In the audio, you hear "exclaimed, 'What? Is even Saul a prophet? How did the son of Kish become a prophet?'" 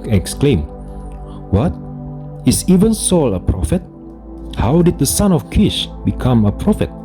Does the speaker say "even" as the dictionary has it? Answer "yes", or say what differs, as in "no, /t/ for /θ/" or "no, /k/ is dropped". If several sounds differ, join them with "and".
yes